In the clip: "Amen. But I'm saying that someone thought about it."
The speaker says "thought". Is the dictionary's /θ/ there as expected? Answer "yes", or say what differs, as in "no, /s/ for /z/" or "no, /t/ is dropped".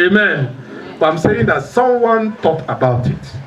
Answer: no, /t/ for /θ/